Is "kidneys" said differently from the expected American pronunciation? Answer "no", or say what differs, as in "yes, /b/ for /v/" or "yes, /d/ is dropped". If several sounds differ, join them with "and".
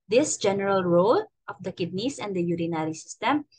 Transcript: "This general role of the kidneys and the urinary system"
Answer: yes, /s/ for /z/